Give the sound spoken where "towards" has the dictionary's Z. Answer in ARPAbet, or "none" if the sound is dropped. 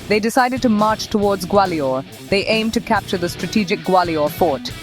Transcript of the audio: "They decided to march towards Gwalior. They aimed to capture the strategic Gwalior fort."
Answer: Z